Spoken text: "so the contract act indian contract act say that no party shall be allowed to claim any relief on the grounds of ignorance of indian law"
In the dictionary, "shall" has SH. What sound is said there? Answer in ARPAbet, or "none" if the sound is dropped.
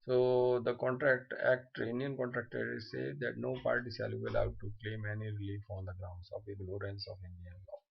S